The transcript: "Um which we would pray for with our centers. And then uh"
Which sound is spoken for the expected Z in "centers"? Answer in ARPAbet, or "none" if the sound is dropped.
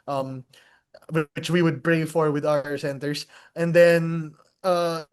S